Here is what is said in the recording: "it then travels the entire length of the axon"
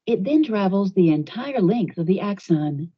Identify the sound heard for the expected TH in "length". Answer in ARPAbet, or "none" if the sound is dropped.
TH